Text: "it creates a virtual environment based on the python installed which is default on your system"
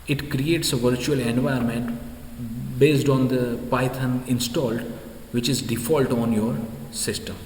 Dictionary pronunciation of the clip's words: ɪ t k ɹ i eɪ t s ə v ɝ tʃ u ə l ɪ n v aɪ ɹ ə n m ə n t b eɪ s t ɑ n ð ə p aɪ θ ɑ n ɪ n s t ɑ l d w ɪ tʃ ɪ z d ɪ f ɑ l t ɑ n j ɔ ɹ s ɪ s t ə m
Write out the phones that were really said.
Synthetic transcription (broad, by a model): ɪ t k ɹ i eɪ t s ə v ɝ tʃ u ə l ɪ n v aɪ ə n m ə n t b eɪ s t ɑ n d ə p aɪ t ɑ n ɪ n s t ɑ l d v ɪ tʃ ɪ z d ɪ f ɑ l t ɑ n j ɔ ɹ s ɪ s t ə m